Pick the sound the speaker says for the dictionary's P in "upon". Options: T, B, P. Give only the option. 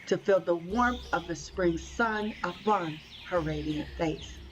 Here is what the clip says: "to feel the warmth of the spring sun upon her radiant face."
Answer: B